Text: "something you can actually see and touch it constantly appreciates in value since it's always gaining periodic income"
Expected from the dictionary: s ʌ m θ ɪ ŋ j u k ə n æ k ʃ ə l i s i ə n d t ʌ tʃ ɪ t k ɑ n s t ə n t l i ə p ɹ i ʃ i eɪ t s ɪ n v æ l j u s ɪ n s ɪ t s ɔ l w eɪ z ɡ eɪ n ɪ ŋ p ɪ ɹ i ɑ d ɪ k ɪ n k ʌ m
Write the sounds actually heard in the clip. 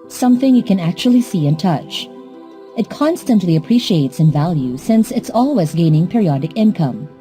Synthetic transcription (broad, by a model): s ʌ m θ ɪ ŋ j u k ə n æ k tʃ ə l i s i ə n t ʌ tʃ ɪ t k ɑ n s t ə n t l i ə p ɹ i ʃ i eɪ t s ɪ n v æ l j u s ɪ n s ɪ t s ɔ l w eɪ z ɡ eɪ n ɪ ŋ p ɪ ɹ i ɑ d ɪ k ɪ n k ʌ m